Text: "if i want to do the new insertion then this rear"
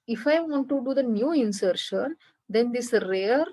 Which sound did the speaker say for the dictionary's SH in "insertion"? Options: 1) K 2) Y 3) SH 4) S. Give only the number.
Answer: 3